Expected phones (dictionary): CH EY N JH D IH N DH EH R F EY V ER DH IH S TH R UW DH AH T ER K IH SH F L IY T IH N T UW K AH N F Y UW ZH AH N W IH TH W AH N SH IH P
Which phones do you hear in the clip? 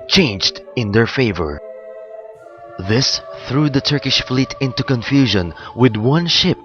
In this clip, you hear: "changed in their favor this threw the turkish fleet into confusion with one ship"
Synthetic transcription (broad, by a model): CH EY N JH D IH N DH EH R F EY V ER DH IH S TH R UW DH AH T ER K IH SH F L IY T IH N T UW K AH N F Y UW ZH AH N W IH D W AH N SH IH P